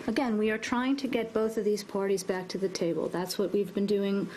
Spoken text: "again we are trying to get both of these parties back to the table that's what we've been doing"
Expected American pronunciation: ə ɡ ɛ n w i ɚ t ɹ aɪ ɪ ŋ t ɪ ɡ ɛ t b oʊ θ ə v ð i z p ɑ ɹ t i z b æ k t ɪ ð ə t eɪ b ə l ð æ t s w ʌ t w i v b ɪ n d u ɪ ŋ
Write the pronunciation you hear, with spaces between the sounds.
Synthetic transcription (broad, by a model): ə ɡ ɛ n w i ɚ t ɹ aɪ ɪ ŋ t ɪ ɡ ɛ t b oʊ θ ə v ð i z p ɑ ɹ t i z b æ k t ɪ ð ə t eɪ b ə l ð æ t s w ʌ t w i v b ɪ n d u ɪ ŋ